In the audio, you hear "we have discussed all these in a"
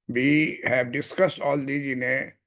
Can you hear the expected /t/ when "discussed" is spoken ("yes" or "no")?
yes